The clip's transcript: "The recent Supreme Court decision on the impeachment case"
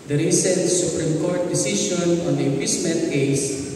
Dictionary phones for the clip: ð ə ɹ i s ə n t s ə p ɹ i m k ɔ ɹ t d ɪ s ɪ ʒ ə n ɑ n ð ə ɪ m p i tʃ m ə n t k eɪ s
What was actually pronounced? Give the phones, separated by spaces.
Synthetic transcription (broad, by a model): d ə ɹ i s ə n t s ə p ɹ i m k ɔ ɹ t d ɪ s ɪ ʃ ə n ɑ n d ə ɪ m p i s m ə n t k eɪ s